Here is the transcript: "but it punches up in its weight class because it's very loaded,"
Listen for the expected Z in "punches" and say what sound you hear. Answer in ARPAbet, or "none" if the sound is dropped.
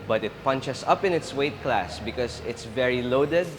S